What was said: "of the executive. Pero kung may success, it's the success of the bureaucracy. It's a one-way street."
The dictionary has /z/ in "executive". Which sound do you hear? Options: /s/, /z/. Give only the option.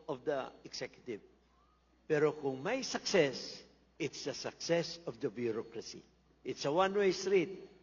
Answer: /s/